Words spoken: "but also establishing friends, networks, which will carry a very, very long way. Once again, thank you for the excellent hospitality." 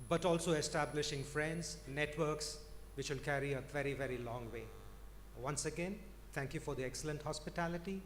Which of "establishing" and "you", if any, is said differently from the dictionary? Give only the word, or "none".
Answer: none